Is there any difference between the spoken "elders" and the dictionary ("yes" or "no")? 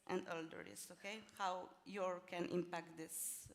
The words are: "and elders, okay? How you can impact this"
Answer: yes